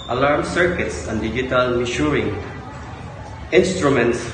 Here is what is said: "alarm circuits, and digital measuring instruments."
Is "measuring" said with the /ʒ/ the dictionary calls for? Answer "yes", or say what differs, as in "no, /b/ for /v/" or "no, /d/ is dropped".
no, /ʃ/ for /ʒ/